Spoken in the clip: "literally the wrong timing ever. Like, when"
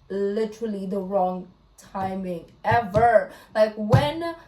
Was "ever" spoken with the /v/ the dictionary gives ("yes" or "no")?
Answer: yes